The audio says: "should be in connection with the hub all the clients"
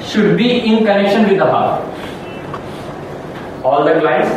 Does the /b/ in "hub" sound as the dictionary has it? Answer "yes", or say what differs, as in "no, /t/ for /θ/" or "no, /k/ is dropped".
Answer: no, /b/ is dropped